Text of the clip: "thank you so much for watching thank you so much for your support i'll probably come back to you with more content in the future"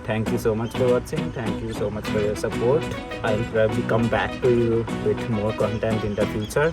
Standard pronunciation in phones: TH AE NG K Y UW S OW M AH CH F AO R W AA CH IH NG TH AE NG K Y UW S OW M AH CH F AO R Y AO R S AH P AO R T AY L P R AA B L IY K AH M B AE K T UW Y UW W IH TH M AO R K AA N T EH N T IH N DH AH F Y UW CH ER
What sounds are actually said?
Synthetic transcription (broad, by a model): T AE NG K Y UW S OW M AH CH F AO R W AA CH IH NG T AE NG K Y UW S OW M AH CH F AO R Y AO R S AH P AO R T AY N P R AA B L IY K AH M B AE K T UW Y UW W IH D M AO R K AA N T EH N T IH N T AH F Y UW CH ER